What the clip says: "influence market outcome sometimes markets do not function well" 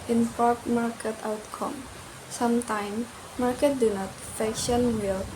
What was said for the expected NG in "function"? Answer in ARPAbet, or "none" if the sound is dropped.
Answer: none